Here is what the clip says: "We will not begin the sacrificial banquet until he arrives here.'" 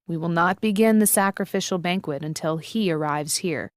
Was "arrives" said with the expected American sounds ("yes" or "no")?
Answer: yes